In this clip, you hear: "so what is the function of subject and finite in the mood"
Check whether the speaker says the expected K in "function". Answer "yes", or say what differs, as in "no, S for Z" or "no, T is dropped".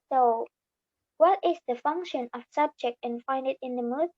yes